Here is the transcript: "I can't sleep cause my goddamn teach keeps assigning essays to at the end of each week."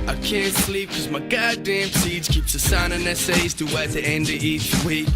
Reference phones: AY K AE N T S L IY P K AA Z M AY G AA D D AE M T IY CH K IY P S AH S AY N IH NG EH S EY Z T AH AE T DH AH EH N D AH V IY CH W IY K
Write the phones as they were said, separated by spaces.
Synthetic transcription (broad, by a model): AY K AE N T S L IY P K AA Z M AY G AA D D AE M S IY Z K IY P S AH S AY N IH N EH S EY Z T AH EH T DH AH EH N D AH IY CH W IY K